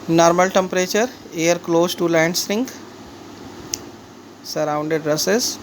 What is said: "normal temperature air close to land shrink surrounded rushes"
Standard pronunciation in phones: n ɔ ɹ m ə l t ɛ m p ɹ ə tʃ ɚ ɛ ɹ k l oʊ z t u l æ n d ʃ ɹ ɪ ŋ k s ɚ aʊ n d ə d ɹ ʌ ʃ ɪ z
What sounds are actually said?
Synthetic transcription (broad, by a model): n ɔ ɹ m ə l t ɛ m p ɹ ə tʃ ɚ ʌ ɹ k l oʊ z t u l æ n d s ɹ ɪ ŋ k s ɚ aʊ n d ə d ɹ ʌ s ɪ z